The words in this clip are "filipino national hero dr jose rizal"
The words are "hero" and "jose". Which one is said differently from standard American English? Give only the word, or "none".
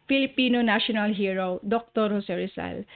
jose